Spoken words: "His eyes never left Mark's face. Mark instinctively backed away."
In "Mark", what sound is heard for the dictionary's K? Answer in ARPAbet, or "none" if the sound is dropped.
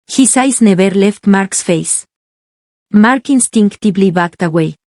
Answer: K